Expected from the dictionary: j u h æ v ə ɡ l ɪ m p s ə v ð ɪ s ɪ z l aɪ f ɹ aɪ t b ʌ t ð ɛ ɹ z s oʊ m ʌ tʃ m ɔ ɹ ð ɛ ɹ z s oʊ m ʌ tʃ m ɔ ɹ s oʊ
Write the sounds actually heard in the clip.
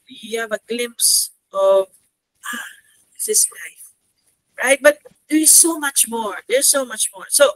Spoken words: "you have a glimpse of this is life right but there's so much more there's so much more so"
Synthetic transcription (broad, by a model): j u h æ v ə ɡ l ɪ m p s ə v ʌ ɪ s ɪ s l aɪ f ɹ aɪ t b ʌ t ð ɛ ɹ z s oʊ m ʌ tʃ m ɔ ɹ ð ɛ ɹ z s oʊ m ʌ tʃ m ɔ ɹ s oʊ